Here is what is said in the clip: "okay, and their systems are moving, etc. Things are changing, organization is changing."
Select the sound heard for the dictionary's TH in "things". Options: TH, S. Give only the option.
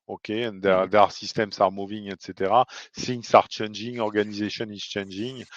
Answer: S